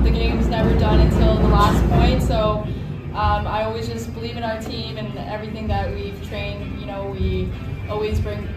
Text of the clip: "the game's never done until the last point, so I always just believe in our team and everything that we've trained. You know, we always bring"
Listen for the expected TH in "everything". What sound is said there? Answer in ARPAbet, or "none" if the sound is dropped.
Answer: TH